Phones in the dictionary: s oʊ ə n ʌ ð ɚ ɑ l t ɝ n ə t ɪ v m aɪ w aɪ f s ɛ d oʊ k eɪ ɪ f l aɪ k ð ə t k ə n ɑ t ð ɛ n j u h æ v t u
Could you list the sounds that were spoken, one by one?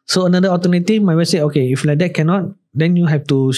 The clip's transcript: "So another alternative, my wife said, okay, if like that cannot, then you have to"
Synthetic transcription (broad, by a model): s oʊ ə n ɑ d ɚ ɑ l t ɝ n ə t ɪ f m aɪ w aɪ s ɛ oʊ k eɪ ɪ f l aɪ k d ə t k ə n ɑ t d ɛ n j u h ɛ f t u